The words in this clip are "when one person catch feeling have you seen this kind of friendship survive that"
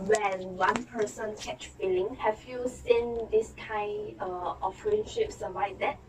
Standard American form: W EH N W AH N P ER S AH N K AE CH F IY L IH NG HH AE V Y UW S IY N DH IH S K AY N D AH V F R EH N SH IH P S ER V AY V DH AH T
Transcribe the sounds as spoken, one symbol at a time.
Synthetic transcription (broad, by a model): W EH N W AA N P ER S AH N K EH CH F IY L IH NG HH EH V Y UW S IY N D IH S K AY N D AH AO F R EH N SH IH P S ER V AY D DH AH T